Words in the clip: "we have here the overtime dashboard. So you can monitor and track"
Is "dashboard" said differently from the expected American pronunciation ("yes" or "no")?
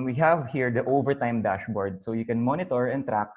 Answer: no